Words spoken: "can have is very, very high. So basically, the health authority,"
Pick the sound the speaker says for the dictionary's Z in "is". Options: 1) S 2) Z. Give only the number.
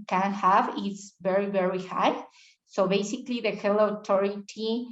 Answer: 1